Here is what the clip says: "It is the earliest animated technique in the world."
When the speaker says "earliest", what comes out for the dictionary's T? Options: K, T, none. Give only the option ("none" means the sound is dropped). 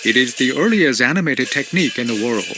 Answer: none